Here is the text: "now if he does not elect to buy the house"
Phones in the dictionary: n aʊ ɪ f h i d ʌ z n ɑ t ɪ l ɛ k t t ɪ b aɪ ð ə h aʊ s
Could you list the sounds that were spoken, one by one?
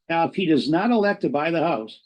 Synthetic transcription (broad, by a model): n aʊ ɪ f h i d ʌ z n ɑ t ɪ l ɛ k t t ɪ b aɪ ð ə h aʊ s